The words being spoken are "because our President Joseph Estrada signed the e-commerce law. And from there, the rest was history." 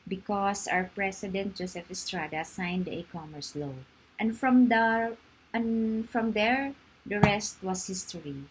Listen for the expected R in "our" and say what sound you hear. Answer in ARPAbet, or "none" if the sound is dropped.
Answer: R